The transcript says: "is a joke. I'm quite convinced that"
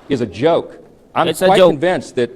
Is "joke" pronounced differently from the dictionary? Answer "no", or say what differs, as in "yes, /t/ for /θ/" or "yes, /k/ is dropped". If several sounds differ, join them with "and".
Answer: yes, /k/ is dropped